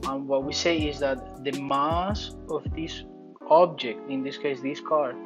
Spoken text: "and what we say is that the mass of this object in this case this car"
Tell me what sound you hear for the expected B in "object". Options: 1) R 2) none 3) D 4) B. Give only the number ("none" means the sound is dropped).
4